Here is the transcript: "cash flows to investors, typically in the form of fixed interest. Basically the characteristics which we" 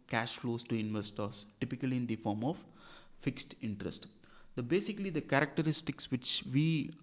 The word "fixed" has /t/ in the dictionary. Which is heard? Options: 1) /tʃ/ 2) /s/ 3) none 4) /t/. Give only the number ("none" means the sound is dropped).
4